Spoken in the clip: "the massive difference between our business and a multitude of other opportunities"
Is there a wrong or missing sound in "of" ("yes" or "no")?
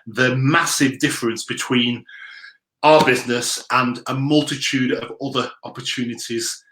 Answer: no